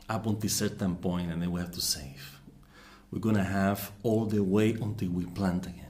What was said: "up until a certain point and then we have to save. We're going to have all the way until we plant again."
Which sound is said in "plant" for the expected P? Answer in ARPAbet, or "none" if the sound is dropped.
P